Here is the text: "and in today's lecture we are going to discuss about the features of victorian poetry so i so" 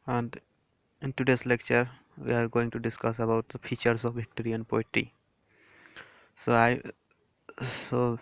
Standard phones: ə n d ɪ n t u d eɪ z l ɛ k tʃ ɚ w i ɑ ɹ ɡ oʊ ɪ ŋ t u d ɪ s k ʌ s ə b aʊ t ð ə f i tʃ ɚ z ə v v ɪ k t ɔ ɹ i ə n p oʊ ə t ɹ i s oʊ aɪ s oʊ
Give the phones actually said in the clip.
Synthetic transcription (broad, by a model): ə n d ɪ n t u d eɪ s l ɛ k tʃ ɚ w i ɑ ɹ ɡ oʊ ɪ ŋ t u d ɪ s k ʌ s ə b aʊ t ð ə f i tʃ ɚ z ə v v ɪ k t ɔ ɹ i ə n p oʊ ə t i s oʊ aɪ s oʊ